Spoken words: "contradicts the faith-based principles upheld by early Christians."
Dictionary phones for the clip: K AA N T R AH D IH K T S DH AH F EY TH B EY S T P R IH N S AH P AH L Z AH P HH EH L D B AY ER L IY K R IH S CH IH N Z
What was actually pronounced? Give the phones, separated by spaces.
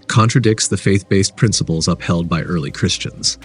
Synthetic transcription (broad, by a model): K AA N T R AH D IH K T S DH AH F EY TH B EY S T P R IH N S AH P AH L Z AH P HH EH L D B AY ER L IY K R IH S CH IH N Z